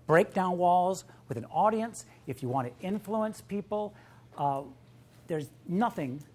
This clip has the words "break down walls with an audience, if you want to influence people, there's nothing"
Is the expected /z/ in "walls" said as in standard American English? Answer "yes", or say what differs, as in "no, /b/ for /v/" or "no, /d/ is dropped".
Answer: yes